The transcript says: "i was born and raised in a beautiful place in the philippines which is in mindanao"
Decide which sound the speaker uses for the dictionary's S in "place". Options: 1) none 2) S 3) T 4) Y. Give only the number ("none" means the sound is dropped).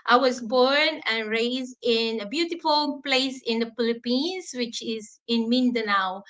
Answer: 2